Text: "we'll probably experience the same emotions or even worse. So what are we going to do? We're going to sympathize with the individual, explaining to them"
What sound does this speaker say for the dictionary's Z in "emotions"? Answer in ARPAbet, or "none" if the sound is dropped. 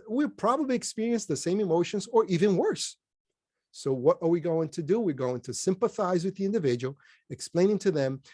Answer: Z